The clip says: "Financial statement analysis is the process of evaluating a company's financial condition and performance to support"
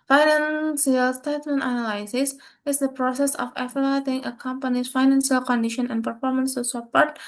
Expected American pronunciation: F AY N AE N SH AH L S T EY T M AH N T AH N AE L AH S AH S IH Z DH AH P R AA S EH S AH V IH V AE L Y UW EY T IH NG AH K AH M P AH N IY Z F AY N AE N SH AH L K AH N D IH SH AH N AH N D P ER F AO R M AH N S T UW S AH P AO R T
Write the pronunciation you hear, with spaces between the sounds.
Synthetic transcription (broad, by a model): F AY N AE N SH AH L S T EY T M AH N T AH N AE L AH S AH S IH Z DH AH P R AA S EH S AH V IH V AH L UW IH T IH NG AH K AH M P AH N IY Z F AY N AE N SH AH L K AH N D IH SH AH N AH N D P ER F AO R M AH N S T UW S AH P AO R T